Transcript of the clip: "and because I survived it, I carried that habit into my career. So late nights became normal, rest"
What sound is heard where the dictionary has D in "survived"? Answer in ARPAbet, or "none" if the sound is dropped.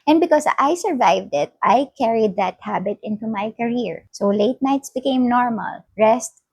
D